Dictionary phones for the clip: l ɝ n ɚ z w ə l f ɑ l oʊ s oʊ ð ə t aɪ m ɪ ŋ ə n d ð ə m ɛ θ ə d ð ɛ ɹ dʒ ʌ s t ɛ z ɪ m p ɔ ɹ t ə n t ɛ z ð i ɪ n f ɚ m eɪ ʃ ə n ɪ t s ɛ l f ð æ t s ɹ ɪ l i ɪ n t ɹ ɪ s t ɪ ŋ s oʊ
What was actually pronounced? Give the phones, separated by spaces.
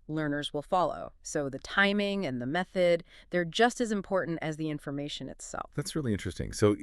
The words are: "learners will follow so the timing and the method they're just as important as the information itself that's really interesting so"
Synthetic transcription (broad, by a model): l ɝ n ɚ z w ə l f ɑ l oʊ s oʊ ð ə t aɪ m ɪ ŋ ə n ð ə m ɛ θ ə d ð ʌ ɹ dʒ ʌ s t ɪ z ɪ m p ɔ ɹ t n t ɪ z ð i ɪ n f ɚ m eɪ ʃ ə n ɪ t s ɛ l f ð æ t s ɹ ɪ l i ɪ n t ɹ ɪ s t ɪ ŋ s oʊ